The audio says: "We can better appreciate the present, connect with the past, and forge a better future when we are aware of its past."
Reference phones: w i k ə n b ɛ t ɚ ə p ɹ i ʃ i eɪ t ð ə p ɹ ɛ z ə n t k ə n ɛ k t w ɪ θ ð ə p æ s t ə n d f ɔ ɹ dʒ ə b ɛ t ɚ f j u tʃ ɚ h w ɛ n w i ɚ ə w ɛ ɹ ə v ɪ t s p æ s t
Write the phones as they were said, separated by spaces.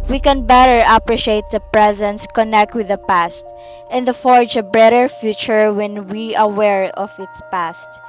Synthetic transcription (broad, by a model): w i k ə n b ɛ t ɚ ə p ɹ i ʃ i eɪ t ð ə p ɹ ɛ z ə n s k ə n ɛ k t w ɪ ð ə p æ s t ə n d f ɔ ɹ dʒ ə b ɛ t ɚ f j u tʃ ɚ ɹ w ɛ n w i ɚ ə w ɛ ɹ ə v ɪ t s p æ s t